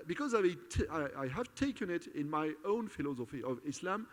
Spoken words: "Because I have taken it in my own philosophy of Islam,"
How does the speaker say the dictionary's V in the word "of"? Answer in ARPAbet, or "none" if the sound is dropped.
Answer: V